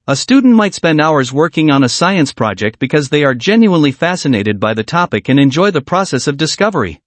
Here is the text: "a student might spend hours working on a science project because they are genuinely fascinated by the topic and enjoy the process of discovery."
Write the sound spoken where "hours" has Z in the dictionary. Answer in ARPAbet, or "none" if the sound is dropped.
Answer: Z